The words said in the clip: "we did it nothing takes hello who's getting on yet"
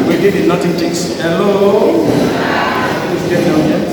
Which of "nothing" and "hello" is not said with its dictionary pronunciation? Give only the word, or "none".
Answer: nothing